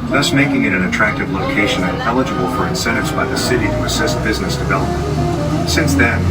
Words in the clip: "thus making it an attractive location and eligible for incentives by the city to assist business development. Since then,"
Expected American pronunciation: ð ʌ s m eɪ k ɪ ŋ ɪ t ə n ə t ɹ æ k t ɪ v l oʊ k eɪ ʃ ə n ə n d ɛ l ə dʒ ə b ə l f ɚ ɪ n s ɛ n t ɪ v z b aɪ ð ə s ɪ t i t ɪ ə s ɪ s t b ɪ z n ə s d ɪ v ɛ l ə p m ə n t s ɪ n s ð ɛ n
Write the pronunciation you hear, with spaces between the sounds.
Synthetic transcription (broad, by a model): ð ʌ s m eɪ k ɪ ŋ ɪ t ə n ə t ɹ æ k t ɪ v l oʊ k eɪ ʃ ə n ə n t ɛ l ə dʒ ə b l f ɚ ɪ n s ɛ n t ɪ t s b aɪ ð ə s ɪ t i t ɪ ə s ɪ s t b ɪ z n ə s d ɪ v ɛ l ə p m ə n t s ɪ n s ð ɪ n